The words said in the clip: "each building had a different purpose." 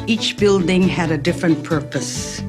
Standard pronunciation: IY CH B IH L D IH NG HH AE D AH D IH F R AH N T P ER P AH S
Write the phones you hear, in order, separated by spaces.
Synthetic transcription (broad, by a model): IY CH B IH L D IH NG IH D AH D IH F R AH N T P ER P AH S